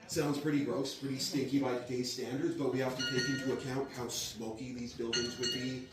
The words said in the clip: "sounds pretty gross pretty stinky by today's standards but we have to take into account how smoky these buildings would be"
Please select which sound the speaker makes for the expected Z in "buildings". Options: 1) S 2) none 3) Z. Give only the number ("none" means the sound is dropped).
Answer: 3